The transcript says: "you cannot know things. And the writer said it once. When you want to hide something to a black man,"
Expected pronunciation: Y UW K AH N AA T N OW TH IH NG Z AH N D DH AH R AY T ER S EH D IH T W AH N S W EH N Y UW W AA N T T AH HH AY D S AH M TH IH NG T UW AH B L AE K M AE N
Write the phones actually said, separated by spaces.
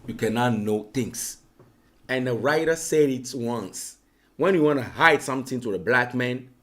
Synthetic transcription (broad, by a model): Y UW K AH N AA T N OW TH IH NG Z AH N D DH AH R AY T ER S EH D IH T W AH N S W EH N Y UW W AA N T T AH HH AY D S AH M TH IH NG T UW AH B L AE K M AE N